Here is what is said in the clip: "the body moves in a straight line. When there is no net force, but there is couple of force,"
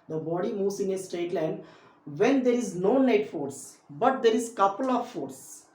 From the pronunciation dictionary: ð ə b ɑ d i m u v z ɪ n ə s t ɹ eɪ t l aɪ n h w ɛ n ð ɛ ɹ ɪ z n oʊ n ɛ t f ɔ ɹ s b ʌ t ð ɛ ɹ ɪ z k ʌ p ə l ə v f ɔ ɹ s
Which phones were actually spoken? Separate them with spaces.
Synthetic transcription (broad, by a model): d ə b ɑ d i m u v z ɪ n ə s t eɪ t l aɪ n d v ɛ n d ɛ ɹ ɪ z n oʊ n ɛ t f ɔ ɹ s b ʌ t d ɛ ɹ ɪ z k ʌ p ə l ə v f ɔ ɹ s